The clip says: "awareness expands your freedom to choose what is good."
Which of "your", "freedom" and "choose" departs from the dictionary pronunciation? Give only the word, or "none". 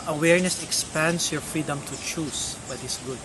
choose